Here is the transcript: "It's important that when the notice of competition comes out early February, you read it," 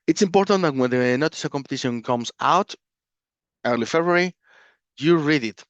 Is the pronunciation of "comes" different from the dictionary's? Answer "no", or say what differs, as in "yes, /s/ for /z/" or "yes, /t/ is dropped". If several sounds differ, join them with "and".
yes, /s/ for /z/